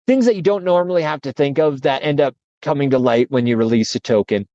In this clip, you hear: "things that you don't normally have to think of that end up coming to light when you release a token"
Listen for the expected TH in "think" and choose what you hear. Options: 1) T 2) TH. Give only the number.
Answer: 2